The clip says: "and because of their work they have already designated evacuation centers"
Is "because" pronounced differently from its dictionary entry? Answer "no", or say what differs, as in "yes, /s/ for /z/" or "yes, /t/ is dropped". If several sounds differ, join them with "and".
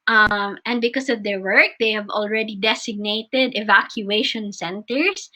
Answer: yes, /s/ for /z/